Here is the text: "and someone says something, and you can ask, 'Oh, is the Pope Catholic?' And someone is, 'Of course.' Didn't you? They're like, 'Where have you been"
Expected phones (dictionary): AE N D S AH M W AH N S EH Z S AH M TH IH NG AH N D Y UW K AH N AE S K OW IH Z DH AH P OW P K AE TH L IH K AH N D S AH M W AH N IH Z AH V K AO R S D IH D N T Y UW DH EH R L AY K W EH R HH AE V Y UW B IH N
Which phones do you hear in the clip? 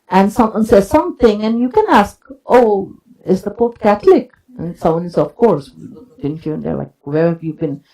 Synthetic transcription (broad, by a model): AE N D S AH M W AH N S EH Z S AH M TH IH NG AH N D Y UW K AH N AE S K OW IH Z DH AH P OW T K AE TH L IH K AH N S AH M W AH N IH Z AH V K AO R S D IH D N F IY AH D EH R L AY K W EH R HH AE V Y UW B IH N